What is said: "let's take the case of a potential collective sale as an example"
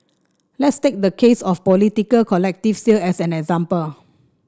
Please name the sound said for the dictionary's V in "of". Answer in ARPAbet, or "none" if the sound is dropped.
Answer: P